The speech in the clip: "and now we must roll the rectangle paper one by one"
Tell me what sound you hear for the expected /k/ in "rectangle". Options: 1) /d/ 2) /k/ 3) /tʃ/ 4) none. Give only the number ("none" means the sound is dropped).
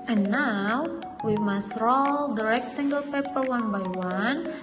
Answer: 2